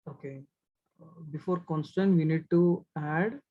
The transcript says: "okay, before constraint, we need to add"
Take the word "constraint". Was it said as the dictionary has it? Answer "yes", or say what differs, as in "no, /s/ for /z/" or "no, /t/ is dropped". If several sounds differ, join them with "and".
no, /ɹ/ is dropped